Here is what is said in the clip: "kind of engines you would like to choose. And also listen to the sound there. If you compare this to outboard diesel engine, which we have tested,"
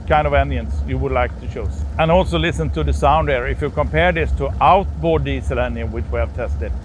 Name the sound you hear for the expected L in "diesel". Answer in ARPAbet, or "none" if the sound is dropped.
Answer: L